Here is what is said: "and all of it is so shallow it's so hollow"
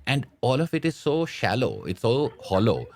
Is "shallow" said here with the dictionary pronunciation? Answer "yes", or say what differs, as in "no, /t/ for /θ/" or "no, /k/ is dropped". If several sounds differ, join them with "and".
yes